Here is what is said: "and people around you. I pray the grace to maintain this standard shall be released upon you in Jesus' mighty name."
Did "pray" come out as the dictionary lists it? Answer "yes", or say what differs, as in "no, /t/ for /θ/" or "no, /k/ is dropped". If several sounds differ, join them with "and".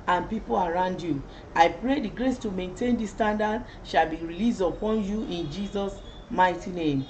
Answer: yes